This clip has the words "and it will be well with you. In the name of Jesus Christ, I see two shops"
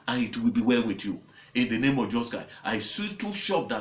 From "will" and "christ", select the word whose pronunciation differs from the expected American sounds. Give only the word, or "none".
christ